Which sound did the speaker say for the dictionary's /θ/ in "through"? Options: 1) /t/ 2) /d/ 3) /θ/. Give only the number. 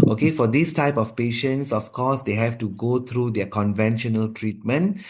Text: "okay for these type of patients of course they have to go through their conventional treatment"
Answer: 1